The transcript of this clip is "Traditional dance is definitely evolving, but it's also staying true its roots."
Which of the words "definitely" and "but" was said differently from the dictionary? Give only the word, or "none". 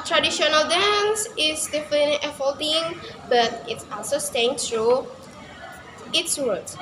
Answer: definitely